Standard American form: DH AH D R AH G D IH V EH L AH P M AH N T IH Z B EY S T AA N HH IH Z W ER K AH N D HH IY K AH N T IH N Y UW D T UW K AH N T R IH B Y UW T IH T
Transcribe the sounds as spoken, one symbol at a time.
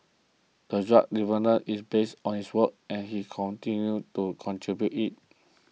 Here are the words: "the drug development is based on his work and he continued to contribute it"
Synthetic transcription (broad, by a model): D AH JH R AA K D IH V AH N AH T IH S B EY S T AA N HH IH S W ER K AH N HH IY K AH N T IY N Y UW T UW K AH N T R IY B Y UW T IH T